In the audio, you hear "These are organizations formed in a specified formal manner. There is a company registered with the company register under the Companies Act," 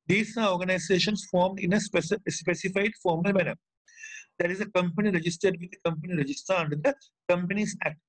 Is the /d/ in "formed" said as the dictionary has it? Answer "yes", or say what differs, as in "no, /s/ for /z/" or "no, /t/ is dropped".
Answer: yes